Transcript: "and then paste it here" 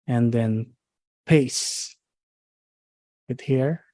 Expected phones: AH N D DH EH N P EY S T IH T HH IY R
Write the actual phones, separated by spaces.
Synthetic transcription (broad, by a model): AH N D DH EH N P EY S IH T HH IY R